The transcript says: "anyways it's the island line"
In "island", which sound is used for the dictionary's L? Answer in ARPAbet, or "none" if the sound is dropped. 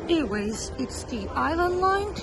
L